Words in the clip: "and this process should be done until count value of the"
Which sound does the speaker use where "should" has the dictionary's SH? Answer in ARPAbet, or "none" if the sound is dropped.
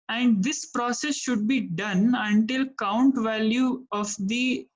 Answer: SH